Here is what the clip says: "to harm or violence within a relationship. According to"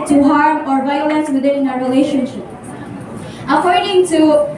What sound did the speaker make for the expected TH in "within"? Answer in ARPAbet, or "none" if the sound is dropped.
T